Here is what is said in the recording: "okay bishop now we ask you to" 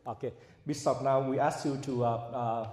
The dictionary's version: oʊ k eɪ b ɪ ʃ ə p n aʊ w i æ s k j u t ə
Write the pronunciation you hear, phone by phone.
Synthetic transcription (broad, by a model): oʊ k eɪ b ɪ s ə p n aʊ w i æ s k j u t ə